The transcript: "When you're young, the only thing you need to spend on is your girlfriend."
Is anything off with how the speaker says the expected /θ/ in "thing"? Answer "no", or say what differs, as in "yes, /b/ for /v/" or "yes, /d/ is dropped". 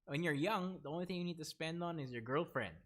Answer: no